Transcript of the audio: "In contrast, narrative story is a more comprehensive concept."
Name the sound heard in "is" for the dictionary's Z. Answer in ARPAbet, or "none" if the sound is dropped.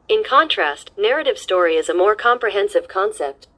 Z